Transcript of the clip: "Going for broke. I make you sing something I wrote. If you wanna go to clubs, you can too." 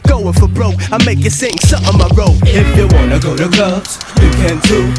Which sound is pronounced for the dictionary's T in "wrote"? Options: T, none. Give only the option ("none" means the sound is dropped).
none